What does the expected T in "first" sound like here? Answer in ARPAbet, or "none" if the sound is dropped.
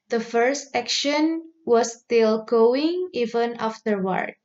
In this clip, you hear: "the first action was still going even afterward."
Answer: T